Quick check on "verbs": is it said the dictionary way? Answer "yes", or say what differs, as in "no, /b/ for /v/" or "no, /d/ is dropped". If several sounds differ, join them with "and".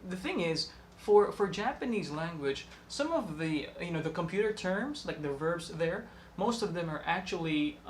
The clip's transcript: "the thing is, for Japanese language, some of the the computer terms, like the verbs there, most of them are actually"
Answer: yes